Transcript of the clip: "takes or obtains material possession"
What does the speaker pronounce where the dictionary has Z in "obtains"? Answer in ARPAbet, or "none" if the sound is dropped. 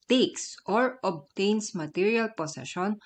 S